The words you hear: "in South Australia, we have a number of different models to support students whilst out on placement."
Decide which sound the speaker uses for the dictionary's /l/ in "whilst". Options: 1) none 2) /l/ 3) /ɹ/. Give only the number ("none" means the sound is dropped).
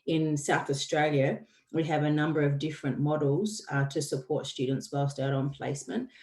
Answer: 1